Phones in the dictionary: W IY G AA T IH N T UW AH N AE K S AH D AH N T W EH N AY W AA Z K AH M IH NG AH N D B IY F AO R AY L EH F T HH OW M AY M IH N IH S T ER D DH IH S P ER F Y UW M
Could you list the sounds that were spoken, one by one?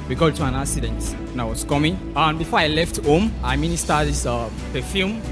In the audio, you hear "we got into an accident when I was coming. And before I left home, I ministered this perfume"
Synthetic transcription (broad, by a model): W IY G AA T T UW AH N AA K S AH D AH N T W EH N AY W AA S K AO M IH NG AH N B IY F AO AY L EH F T HH OW M AY M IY N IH S T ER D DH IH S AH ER F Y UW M